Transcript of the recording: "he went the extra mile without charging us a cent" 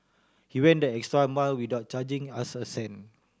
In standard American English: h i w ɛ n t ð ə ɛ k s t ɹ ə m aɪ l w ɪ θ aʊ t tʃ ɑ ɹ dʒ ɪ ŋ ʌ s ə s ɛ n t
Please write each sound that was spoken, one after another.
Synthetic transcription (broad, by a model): h i w ɛ n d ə ɛ k s t ɹ ə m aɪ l w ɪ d aʊ t tʃ ɑ dʒ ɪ ŋ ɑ s ə s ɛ n